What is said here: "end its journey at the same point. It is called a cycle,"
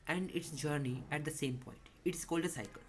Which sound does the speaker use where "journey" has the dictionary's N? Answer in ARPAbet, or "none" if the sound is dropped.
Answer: N